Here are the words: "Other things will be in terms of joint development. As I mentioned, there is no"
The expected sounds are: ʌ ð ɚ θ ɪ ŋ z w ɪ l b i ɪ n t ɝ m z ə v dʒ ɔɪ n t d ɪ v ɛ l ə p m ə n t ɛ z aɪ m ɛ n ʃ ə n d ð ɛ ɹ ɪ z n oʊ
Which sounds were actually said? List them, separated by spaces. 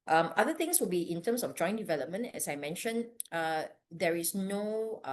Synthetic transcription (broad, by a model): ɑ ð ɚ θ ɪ ŋ s w ɪ l b i ɪ n t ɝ m s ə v dʒ ɔɪ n d ɪ v ɛ l ə p m ə n t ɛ s aɪ m ɛ n ʃ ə n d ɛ ɹ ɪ s n oʊ